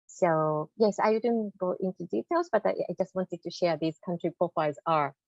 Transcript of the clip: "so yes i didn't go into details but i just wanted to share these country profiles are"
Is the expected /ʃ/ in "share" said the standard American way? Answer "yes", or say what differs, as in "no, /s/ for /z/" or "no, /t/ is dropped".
yes